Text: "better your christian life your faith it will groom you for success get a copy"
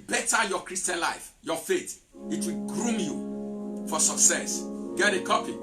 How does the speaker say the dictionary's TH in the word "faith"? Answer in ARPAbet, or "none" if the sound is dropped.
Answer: T